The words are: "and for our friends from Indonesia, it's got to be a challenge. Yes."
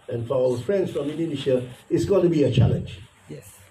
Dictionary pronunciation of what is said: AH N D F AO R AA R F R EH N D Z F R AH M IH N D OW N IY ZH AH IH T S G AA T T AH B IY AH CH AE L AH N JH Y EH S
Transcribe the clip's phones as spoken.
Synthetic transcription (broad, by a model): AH N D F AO L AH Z F R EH N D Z F R AH M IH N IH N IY SH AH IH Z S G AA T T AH B IY AH CH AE L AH N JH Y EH